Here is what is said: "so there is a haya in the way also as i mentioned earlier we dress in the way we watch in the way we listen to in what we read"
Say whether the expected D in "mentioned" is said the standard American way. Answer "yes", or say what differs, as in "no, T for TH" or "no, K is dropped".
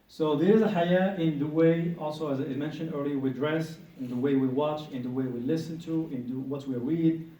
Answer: yes